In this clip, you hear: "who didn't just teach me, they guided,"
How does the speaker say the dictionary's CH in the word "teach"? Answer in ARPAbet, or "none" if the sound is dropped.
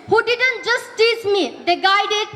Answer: S